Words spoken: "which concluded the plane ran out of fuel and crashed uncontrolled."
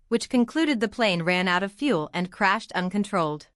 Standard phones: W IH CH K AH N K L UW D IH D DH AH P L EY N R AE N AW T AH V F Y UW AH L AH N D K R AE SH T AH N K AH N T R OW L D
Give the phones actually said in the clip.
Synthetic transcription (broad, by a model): W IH CH K AH N K L UW D IH D DH AH P L EY N R AE N AW T AH V F Y UW L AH N K R AE SH T AH N K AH N T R OW L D